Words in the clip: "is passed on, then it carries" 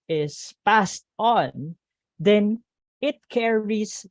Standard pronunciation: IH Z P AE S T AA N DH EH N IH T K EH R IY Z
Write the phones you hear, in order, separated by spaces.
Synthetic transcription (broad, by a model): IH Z P AE S T AA N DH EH N IH T K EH R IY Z